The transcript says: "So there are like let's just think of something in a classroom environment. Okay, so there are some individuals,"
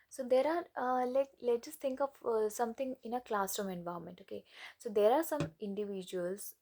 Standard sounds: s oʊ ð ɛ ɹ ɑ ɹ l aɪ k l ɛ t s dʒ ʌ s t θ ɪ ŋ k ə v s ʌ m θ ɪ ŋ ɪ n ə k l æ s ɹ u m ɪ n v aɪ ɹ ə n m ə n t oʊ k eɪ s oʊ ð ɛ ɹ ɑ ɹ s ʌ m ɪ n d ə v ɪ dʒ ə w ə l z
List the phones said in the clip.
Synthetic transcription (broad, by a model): s oʊ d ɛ ɹ ɑ ɹ l aɪ k l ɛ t dʒ ʌ s t t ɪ ŋ k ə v s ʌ m t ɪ ŋ ɪ n ə k l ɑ s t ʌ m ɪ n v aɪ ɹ m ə n t oʊ k eɪ s oʊ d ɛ ɹ ɑ ɹ s ʌ m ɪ n d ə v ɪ dʒ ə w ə l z